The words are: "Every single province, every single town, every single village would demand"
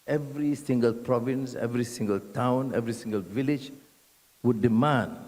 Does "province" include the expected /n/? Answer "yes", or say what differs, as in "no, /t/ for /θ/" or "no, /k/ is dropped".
yes